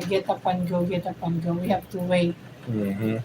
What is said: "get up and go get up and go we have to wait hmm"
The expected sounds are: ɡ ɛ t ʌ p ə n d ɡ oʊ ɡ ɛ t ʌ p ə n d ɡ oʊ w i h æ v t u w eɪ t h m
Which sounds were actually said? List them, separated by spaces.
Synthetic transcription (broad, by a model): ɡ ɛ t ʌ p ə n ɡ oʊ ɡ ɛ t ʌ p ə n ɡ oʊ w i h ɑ p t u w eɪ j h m